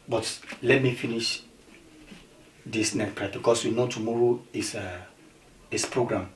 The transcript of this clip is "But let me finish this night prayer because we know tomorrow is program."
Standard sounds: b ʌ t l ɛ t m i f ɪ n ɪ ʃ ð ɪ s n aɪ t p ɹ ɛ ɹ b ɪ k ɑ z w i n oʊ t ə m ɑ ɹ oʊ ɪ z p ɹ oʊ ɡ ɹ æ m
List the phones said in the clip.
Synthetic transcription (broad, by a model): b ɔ t l ɛ t m i f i n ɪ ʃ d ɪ s n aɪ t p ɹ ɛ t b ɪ k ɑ s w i n oʊ t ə m ɑ ɹ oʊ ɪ s p ɹ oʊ ɡ ɹ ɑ m